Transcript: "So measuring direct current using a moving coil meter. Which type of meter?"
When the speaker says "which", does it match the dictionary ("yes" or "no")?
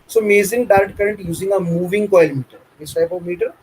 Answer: no